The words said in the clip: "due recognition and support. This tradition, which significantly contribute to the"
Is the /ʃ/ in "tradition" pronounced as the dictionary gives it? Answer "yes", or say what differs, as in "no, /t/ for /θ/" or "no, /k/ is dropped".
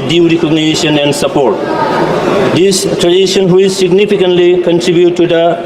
no, /s/ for /ʃ/